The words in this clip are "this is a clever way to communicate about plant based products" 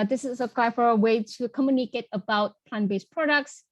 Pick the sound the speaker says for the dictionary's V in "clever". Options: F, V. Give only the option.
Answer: F